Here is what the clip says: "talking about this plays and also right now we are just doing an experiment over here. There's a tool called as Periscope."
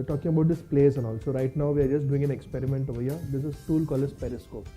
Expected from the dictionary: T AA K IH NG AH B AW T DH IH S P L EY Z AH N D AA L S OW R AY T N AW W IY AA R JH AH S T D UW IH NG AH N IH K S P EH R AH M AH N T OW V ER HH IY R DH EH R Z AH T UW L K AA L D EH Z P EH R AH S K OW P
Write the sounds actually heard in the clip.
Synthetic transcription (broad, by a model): T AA K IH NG AH B AW T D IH S P L EY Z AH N AA L S OW R AY T N AW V IY AA R JH AH S T D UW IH NG AH N IH K S P EH R AH M AH N T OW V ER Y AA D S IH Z T UW L K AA L EH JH P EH R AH S K OW P